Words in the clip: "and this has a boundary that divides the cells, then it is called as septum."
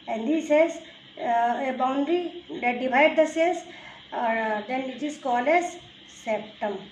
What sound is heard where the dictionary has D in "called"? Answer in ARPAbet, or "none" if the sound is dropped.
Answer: none